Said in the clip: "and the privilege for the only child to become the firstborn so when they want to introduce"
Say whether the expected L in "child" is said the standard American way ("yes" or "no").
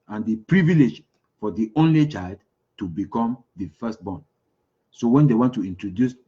yes